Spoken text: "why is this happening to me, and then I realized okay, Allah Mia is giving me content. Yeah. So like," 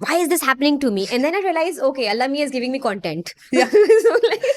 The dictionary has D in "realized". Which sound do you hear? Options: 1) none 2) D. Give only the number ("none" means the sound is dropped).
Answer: 1